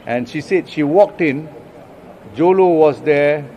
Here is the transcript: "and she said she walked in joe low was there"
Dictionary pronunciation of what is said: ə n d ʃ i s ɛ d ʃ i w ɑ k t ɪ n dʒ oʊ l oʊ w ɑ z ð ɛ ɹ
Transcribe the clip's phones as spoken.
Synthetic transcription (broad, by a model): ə n ʃ i s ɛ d ʃ i w ɑ k t ɪ n dʒ oʊ l oʊ w ɑ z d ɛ